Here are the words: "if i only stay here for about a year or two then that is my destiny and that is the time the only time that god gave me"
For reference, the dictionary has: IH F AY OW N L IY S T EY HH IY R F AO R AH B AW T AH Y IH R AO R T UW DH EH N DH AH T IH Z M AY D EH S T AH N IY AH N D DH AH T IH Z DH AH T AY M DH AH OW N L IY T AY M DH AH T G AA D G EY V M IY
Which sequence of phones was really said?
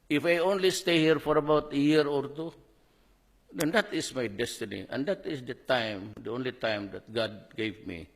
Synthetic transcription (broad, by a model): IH F AY OW N L IY S T EY HH IY R F AO R AH B AW T AH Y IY R AO R T UW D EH N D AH T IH S M AY D EH S T AH N IY AH N D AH T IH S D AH T AY M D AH OW N L IY T AY M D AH T G AA D G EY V M IY